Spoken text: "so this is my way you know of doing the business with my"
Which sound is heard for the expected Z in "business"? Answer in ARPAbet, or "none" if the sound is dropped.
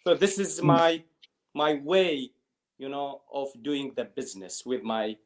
Z